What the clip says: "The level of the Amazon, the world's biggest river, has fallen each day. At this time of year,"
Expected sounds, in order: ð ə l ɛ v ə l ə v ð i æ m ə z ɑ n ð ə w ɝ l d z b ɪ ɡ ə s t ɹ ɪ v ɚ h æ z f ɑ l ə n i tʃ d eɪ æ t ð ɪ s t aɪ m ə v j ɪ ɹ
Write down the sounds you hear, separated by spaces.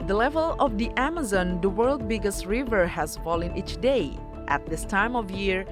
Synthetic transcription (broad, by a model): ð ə l ɛ v ə l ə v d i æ m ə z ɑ n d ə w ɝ l d b ɪ ɡ ə s t ɹ ɪ v ɚ h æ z f ɑ l ə n i tʃ d eɪ æ t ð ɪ s t aɪ m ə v j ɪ ɹ